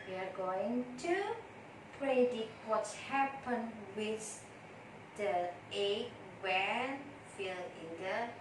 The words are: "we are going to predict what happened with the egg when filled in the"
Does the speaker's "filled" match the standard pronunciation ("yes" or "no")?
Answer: no